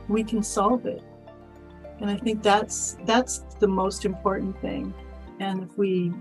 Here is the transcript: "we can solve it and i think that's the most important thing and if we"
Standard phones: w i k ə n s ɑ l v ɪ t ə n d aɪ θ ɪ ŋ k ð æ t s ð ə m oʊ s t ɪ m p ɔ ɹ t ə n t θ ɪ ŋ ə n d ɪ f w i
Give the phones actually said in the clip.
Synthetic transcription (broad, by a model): w i k ə n s ɑ l v ɪ t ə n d aɪ θ ɪ ŋ k ð æ t s ð ə m oʊ s t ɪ m p ɔ ɹ t n θ ɪ ŋ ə n ɪ f w i